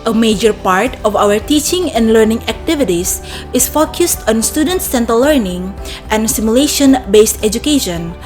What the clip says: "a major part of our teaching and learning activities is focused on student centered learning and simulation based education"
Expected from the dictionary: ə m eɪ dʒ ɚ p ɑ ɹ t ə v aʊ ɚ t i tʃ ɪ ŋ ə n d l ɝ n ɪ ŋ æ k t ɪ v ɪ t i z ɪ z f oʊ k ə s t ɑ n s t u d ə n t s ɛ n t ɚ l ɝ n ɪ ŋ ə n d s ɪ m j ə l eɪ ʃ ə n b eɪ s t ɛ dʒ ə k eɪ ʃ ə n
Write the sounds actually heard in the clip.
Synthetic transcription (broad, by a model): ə m eɪ dʒ ɚ p ɑ ɹ t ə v aʊ ɚ t i tʃ ɪ ŋ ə n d l ɝ n ɪ ŋ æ k t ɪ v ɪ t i s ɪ s f oʊ k ə s t ɑ n s t u d ə n t s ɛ n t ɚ l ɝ n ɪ ŋ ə n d s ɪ m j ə l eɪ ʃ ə n b eɪ s t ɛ dʒ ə k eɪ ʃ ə n